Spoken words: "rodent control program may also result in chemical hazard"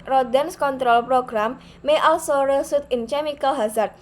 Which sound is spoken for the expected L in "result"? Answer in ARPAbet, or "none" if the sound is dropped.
none